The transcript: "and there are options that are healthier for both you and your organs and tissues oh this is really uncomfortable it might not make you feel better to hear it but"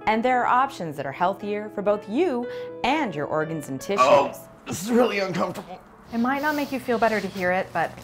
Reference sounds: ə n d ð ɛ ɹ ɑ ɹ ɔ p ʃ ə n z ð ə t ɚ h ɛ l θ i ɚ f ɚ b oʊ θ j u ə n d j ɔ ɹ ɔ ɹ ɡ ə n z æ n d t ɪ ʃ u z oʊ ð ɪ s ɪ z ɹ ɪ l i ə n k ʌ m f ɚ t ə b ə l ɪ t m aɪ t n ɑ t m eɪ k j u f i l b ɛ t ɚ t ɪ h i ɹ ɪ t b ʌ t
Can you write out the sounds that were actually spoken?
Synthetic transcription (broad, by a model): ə n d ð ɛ ɹ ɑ ɹ ɔ p ʃ ə n z ð ə t ɚ h ɛ l θ i ɚ f ɚ b oʊ θ j u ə n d j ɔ ɹ ɔ ɹ ɡ ə n z n t ɪ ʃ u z ð ɪ s ɪ z ɹ ɪ l i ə n k ʌ m f t ə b l ɪ t m aɪ t n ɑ t m eɪ k j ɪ f i l b ɛ t ɚ t ɪ h i ɹ ɪ t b ʌ t